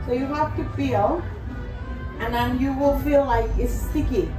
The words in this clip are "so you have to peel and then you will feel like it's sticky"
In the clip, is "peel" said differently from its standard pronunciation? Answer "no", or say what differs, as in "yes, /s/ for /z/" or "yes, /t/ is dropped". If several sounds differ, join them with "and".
yes, /b/ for /p/